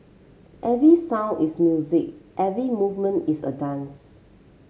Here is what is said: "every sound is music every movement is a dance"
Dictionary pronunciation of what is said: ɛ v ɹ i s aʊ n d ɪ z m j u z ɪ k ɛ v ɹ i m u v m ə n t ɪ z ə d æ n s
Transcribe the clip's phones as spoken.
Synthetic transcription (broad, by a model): ɛ v ɹ i s aʊ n ɪ s m j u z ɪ k ɛ v ɹ i m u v m ə n t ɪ s ə d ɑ n s